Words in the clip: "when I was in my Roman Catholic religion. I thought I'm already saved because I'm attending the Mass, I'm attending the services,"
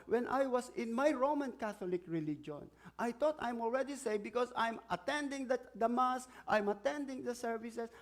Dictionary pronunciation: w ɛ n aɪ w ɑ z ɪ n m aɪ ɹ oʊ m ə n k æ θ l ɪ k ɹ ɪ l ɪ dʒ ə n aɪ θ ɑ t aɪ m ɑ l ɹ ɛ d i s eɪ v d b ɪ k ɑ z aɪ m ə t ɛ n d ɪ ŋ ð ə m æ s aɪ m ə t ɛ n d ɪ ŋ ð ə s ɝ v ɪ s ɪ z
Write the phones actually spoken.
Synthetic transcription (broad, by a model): w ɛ n aɪ w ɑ s ɪ n m aɪ ɹ oʊ m ə n k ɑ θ l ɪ k ɹ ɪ l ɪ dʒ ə n aɪ t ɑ t aɪ m ɑ l ɹ ɛ d i s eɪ b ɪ k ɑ s aɪ m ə t ɛ n d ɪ ŋ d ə m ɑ s aɪ m ə t ɛ n d ɪ ŋ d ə s ɝ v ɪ s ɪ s